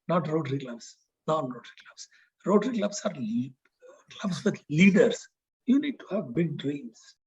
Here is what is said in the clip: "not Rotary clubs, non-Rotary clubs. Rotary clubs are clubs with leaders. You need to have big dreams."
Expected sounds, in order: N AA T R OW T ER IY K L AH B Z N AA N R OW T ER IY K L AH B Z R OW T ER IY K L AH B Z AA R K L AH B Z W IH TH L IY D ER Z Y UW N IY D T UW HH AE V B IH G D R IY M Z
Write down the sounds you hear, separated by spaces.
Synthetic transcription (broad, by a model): N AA T R OW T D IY K L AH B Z N AA N R OW T ER IY K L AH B S R OW T ER IY K L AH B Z AA R K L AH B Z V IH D L IY D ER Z Y UW N IY D T UW HH AE V B IH G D R IY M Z